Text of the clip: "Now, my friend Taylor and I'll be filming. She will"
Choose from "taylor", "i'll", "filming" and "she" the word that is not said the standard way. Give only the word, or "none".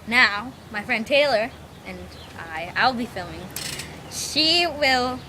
none